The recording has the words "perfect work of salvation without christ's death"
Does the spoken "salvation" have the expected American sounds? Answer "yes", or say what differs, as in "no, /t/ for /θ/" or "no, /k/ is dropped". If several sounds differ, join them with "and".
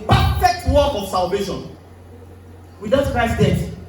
yes